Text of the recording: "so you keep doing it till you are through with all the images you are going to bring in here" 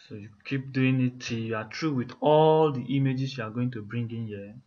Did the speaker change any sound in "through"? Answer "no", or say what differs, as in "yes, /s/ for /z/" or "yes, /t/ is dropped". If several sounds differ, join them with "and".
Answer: yes, /t/ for /θ/